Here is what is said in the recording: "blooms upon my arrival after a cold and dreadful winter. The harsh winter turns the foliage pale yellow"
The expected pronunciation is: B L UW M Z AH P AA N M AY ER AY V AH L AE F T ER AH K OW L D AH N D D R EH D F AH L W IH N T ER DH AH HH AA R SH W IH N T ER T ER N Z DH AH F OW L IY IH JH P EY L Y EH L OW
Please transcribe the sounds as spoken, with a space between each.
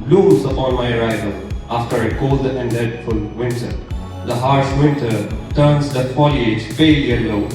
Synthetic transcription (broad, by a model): L UW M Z AH P AA N M AY ER AY V AH L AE F T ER AH K OW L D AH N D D EH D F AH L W IH N T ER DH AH HH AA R S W IH N T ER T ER N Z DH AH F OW L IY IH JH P EY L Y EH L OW